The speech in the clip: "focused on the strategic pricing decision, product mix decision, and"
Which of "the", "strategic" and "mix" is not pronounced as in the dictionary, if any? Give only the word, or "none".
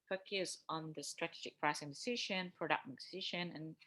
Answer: mix